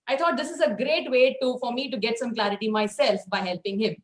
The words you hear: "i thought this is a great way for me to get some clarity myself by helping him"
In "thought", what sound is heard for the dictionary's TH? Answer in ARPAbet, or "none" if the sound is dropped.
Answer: T